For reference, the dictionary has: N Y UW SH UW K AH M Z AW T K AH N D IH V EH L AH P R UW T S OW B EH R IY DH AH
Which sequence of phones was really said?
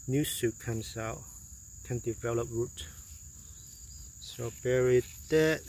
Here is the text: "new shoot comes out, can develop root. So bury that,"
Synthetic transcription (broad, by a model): N Y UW S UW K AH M S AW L K AH N D IH V EH L AH P R UW T S OW B EH R IY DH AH